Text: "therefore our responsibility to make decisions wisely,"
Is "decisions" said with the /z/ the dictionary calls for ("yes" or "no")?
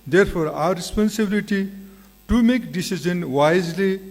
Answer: no